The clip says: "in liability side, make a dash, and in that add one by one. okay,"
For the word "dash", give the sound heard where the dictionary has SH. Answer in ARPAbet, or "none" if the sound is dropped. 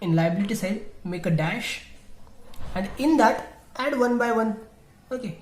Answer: SH